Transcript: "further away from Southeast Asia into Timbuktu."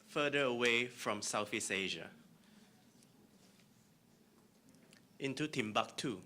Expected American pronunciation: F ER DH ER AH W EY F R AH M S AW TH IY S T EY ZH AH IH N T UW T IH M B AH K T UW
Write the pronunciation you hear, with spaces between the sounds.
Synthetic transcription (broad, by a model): F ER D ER AH W EY F R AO M S AW F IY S EY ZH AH IH N T UW T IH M B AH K T UW